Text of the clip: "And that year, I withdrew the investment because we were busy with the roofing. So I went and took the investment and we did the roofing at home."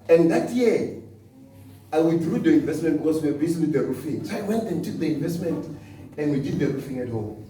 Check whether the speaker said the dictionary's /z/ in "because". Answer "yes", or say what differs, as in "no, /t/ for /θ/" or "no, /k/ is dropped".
no, /s/ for /z/